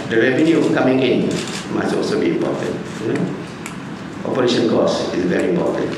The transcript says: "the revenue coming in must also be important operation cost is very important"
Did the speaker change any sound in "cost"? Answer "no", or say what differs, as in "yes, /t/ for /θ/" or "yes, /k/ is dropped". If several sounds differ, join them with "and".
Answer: yes, /t/ is dropped